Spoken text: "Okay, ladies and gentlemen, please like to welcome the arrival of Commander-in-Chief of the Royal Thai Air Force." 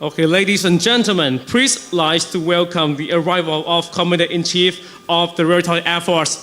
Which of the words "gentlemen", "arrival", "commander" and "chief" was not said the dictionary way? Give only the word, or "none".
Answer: commander